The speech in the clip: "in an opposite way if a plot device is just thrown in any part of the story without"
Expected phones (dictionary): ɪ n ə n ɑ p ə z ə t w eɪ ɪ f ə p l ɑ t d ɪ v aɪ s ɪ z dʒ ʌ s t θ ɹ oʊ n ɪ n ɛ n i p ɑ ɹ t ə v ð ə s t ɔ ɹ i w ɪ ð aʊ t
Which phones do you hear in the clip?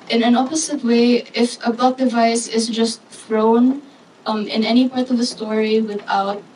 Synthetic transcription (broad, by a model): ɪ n ə n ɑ p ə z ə t w eɪ ɪ f ə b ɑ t d ɪ v aɪ s ɪ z dʒ ʌ s t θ ɹ oʊ n ɪ n ɛ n i p ɑ ɹ t ə v ð ə s t ɔ ɹ i w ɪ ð aʊ t